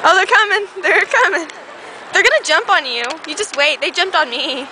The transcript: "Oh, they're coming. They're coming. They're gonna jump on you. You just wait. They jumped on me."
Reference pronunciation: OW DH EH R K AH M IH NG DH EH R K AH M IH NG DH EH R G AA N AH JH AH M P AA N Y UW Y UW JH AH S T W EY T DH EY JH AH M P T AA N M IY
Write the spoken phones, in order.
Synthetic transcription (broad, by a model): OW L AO K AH M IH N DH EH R K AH M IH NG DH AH R G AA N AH JH AH M P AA N Y UW Y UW JH AH S T W EY T DH EY JH AH M P T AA N M IY